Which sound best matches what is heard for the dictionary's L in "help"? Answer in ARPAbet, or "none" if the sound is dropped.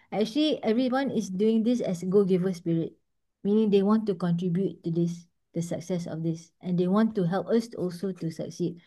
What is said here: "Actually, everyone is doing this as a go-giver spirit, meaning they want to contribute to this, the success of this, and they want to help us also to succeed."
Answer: L